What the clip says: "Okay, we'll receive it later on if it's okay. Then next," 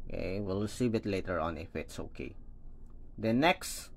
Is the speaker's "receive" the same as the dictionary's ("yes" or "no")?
no